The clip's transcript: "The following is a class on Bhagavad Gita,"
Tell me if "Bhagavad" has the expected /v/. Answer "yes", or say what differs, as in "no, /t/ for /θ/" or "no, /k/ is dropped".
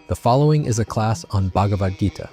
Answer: yes